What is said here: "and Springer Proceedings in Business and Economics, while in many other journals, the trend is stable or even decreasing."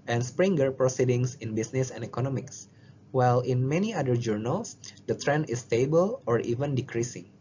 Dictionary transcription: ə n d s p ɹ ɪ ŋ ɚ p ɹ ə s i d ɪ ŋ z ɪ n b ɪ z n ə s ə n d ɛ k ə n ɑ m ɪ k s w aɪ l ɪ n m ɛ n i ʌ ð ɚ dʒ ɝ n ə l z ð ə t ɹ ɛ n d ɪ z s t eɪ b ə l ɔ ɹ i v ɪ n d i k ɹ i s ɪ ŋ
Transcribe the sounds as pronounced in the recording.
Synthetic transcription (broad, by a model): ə n s p ɹ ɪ ŋ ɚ p ɹ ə s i d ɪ ŋ s ɪ n b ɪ s n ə s ə n d ɛ k ə n ɑ m ɪ k s w aɪ l ɪ n m ɛ n i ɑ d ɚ dʒ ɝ n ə l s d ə t ɹ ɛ n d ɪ s t eɪ b ə l ɔ ɹ i v ɪ n d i k ɹ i s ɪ ŋ